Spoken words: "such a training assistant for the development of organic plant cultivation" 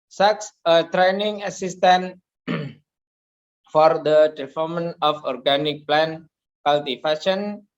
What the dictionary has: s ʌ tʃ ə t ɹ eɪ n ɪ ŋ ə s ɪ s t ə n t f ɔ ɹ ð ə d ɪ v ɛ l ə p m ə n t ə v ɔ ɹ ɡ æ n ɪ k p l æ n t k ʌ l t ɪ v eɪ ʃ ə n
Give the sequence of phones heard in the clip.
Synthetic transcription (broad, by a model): s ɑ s ə t ɹ eɪ n ɪ ŋ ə s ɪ s t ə n f ɔ ɹ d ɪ p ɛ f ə m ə n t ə f ɔ ɹ ɡ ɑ n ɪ k p l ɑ n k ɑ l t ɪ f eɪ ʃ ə n